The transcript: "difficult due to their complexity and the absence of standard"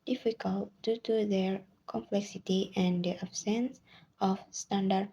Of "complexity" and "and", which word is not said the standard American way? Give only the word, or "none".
none